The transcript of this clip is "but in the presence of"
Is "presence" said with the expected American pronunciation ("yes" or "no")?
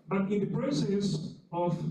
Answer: no